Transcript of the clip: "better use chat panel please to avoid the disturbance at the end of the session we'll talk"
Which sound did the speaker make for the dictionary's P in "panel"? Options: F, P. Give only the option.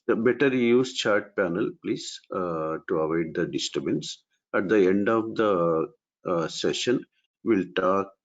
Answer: P